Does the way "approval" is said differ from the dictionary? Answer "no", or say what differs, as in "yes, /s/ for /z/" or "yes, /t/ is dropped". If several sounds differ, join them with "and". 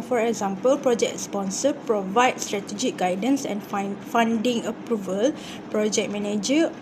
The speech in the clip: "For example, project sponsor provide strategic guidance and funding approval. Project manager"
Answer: no